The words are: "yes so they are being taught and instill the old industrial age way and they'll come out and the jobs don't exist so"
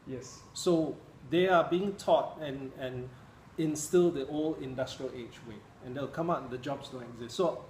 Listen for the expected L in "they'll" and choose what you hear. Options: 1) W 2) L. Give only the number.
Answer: 1